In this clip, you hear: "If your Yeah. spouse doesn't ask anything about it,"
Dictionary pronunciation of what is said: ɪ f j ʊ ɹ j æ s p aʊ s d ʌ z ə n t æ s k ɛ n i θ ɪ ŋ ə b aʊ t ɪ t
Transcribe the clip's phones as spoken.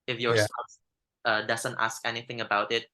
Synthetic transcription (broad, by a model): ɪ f j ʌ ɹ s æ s ʌ d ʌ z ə n t æ s k ɛ n i θ ɪ ŋ ə b aʊ t ɪ t